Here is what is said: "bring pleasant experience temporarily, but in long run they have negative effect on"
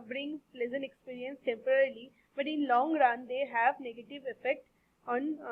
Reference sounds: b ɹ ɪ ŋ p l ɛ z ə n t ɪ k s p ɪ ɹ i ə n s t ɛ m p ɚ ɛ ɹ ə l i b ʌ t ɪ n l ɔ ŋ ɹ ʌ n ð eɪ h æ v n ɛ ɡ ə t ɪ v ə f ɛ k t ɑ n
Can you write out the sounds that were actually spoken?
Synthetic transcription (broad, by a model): b ɹ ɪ ŋ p l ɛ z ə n ɪ k s p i ɹ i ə n s t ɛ m p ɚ ɹ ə l i b ʌ t ɪ n l ɔ ŋ ɹ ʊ n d eɪ h æ v n ɛ ɡ ə t ɪ v ə f ɛ k t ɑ n